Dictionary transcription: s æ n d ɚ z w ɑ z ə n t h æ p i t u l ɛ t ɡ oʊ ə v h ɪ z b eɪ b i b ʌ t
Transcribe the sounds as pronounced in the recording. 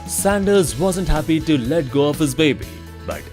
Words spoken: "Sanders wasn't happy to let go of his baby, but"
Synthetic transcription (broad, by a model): s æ n d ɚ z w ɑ z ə n t h æ p i t u l ɛ t ɡ oʊ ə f h ɪ z b eɪ b i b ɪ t